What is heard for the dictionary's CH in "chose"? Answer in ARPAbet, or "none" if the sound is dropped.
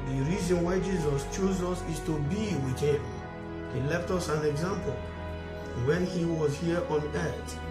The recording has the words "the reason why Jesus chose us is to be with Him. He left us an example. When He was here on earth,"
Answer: CH